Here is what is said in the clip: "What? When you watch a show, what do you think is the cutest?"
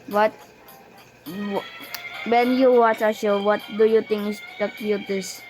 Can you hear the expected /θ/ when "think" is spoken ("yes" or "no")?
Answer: no